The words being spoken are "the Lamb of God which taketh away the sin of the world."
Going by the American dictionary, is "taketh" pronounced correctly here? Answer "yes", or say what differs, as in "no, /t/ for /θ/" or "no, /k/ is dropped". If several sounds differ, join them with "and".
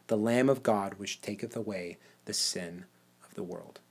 yes